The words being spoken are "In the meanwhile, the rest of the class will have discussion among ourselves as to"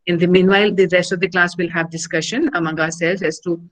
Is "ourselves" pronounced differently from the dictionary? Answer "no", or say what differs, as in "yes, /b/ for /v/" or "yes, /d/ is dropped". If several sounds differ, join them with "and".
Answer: yes, /v/ is dropped